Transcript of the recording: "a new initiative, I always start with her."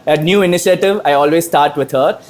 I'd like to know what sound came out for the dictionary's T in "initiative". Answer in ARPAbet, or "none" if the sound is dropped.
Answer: T